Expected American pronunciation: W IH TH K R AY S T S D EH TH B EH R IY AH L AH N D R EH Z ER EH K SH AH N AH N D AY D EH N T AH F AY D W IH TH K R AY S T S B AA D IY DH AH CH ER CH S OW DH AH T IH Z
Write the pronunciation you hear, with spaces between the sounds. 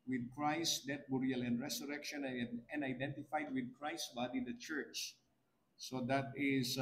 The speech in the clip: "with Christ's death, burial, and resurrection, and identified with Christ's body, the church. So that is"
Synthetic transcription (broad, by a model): W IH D K R AY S S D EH T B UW R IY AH L AH N D R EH S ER EH K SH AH N AH N D AY D EH N T AH F AY D W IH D K R AY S S B AA D IY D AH CH ER CH S OW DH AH T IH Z